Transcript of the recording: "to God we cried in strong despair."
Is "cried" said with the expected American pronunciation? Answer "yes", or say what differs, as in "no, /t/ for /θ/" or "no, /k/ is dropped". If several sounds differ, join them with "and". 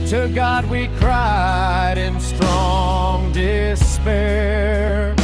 yes